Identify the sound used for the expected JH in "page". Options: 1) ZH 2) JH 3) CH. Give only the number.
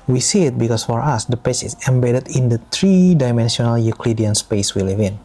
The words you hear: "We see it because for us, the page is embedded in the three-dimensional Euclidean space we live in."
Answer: 3